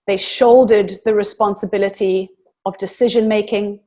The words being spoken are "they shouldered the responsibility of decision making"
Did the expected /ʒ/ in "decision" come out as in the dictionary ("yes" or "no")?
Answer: yes